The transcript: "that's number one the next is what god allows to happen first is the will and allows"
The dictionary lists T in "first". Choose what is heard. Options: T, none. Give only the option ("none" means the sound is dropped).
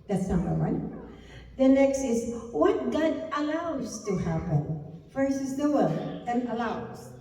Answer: none